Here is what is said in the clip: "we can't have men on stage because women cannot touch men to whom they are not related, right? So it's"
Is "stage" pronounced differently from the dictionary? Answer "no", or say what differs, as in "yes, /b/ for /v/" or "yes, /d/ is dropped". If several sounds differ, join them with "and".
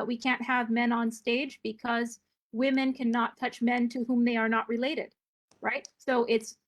no